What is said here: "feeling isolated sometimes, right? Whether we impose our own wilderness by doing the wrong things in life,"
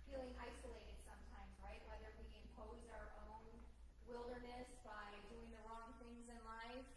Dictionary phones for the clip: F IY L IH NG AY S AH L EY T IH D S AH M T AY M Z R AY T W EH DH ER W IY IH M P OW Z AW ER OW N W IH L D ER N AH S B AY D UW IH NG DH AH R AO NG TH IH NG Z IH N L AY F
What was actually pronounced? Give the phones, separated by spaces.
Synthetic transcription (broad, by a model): F IY L IH NG AY S AH L EY T IH D S AH M T AY M Z R AY T W EH DH ER W IY IH M P OW Z AW ER OW N W IH L D ER N AH S B AY D UW IH NG DH AH R AO NG TH IH NG Z IH N L AY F